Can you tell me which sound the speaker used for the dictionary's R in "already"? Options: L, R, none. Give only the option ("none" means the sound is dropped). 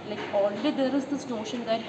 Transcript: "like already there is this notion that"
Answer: L